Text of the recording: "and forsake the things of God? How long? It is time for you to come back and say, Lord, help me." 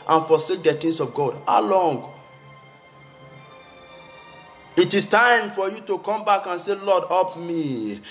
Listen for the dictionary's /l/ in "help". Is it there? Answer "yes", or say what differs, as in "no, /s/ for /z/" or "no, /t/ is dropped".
no, /l/ is dropped